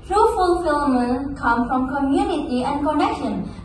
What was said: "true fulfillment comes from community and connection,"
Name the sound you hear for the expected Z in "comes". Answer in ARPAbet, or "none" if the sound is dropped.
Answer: none